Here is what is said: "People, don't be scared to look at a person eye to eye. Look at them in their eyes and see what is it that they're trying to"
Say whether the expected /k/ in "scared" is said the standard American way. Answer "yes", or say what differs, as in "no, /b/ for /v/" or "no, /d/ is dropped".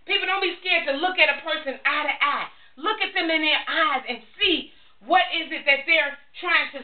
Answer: yes